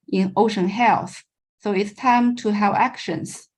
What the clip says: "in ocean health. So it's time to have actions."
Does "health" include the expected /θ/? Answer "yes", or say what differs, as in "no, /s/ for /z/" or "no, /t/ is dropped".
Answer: yes